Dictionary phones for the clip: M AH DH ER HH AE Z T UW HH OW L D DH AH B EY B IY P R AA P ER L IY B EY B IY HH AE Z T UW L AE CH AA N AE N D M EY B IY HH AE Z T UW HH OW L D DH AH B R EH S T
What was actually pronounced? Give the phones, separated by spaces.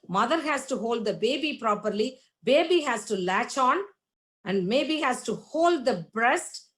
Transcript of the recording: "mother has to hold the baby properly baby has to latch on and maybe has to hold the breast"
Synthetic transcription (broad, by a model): M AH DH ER HH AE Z T UW HH OW L D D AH B EY B IY P R AA P ER L IY B EY B IY HH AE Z T UW L AE CH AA N AE N D M EY B IY HH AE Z T UW HH OW L D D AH B R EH S T